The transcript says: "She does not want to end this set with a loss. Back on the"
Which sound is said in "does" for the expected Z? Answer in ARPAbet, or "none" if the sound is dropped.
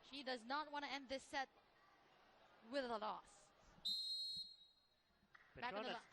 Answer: Z